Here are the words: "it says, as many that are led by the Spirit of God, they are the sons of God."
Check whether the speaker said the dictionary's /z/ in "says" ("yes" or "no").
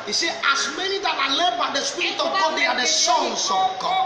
no